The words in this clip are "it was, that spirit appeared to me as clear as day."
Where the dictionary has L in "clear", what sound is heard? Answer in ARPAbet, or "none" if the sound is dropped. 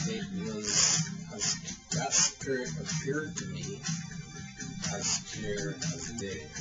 none